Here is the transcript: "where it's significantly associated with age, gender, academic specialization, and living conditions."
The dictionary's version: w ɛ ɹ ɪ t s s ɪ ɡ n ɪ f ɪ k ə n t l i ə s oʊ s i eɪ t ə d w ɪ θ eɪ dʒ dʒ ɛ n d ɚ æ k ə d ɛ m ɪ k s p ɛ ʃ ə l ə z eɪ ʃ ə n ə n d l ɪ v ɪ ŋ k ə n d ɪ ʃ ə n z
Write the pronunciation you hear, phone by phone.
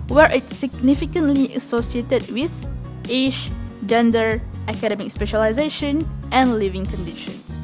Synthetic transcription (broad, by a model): w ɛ ɹ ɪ t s s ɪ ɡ n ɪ f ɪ k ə n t l i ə s oʊ s i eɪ t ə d w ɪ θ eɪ ʃ dʒ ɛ n d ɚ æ k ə d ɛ m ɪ k s p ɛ ʃ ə l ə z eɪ ʃ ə n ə n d l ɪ v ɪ ŋ k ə n d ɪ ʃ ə n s